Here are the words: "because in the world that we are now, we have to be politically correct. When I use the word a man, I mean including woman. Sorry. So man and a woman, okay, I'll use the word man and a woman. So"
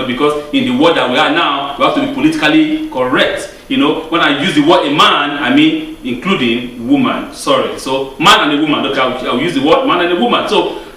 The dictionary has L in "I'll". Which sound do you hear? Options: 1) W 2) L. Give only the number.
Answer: 1